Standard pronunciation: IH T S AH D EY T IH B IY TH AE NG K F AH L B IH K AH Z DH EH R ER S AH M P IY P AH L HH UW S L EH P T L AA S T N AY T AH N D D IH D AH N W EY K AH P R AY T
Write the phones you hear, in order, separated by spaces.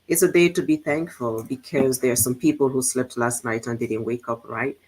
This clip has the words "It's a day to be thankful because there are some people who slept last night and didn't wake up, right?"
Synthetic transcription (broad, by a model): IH T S AH D EY T IH B IY TH AE NG K F AH L B IH K AH Z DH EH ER S AH M P IY P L HH UW S L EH P T L AA S T N AY T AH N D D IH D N W EY K AH P R AY T